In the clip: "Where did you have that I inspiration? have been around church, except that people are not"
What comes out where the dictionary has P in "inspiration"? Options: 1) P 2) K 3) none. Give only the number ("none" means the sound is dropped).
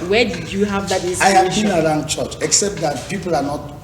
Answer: 3